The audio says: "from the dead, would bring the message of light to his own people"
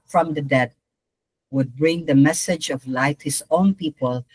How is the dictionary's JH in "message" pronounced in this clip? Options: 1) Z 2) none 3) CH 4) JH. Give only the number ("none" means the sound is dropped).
4